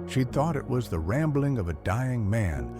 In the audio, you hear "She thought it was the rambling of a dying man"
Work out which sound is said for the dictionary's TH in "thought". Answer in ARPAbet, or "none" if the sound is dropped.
TH